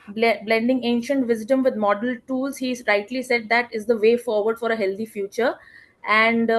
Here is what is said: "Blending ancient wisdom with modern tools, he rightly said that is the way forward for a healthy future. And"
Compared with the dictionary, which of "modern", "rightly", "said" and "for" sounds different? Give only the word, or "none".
modern